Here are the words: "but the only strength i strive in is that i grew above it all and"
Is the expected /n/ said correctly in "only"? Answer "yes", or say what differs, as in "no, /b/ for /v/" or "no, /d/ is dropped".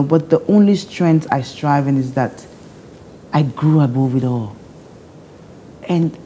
yes